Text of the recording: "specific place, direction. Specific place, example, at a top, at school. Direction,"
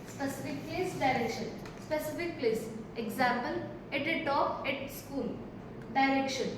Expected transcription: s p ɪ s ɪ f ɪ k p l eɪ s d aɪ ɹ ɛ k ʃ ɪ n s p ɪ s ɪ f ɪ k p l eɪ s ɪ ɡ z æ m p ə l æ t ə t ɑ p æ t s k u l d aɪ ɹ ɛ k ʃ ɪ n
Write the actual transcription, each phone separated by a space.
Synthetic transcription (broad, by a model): s p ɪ s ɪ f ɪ k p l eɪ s d aɪ ɹ ɛ k ʃ ɪ n s p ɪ s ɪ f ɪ k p l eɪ s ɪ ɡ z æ m p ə l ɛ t ə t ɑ ɛ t s k u l d aɪ ɹ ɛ k ʃ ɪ n